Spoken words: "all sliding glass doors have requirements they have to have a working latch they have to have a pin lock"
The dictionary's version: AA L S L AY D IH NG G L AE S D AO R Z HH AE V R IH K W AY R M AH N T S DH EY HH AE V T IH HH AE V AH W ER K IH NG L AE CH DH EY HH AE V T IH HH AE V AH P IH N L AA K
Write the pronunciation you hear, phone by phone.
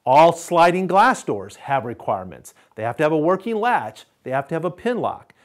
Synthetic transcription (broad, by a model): AA L S L AY D IH NG G L AE S D AO R Z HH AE V R IH K W AY R M AH N T S DH EY HH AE F T IH V AH W ER K IH NG L AE CH DH EY HH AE F T IH V AH P IH N L AA K